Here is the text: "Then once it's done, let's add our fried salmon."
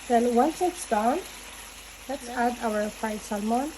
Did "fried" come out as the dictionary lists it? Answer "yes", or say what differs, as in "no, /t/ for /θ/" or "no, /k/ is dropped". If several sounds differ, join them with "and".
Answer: no, /ɹ/ is dropped